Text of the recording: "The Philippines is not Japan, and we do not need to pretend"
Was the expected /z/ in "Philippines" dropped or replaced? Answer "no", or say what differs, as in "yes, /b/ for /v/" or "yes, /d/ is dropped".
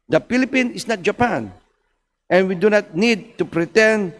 yes, /z/ is dropped